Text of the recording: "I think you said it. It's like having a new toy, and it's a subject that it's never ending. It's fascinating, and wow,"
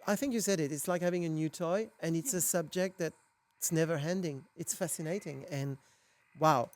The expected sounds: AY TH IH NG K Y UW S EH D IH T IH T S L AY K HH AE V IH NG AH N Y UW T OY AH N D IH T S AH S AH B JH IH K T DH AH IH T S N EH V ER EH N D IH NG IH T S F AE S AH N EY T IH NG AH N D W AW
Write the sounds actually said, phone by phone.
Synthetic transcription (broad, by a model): AY TH IH NG K Y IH S EH D IH T IH T S L AY K HH AE V IH NG AH N Y UW T OY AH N IH T S AH S AH B JH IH K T DH IH T S N EH V ER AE N D IH NG IH T S F AE S AH N EY T IH NG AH N W AW